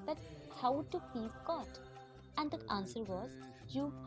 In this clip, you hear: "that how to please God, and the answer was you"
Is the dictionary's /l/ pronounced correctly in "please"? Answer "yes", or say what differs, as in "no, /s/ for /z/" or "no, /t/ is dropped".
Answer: no, /l/ is dropped